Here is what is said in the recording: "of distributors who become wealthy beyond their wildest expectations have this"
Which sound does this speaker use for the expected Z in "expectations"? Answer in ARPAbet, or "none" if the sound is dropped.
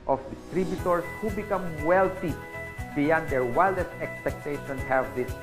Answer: none